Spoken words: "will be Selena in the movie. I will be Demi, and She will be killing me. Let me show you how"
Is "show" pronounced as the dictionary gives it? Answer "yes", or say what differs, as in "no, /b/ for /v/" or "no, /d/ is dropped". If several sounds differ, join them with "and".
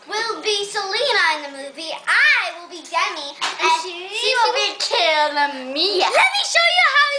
yes